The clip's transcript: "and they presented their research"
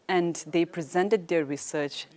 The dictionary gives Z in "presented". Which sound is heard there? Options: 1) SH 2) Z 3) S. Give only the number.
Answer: 2